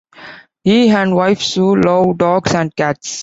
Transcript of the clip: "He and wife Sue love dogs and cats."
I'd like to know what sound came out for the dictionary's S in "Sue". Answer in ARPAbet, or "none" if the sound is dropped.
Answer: S